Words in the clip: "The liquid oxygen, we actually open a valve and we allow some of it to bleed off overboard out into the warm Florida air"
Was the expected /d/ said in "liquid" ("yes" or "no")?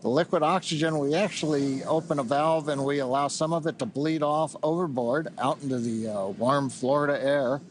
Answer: yes